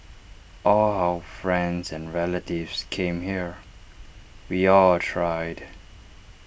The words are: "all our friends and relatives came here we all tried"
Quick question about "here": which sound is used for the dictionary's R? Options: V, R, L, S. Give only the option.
R